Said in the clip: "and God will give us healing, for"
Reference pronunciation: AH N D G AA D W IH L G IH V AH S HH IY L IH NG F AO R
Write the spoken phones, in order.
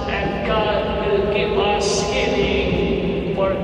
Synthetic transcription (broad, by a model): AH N G AA D W IH L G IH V AH S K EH N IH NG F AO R